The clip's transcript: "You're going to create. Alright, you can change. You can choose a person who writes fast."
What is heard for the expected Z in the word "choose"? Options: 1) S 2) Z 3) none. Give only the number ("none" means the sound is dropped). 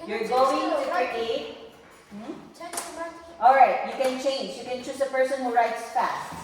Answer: 1